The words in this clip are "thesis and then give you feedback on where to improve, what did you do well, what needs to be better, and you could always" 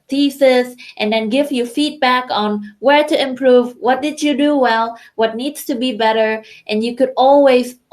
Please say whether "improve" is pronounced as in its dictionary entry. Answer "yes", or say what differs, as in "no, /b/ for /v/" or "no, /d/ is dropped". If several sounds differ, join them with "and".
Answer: yes